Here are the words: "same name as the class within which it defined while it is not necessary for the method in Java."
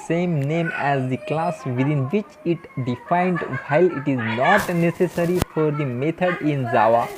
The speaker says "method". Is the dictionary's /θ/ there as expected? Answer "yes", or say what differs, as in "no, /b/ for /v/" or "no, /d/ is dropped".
no, /t/ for /θ/